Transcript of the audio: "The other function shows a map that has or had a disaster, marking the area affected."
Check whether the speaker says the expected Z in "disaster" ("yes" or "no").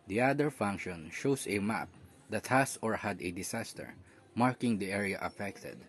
no